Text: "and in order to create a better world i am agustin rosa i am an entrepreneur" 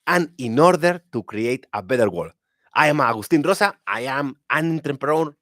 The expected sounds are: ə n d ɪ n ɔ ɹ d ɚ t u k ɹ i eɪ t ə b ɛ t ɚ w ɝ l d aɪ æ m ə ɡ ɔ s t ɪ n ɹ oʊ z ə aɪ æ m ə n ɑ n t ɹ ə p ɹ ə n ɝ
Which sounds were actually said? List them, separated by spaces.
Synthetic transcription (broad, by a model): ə n ɪ n ɔ ɹ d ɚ t u k ɹ i eɪ t ə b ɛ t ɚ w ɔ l aɪ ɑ m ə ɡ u s t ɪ n ɹ oʊ s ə aɪ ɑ m ə n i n t ɹ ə p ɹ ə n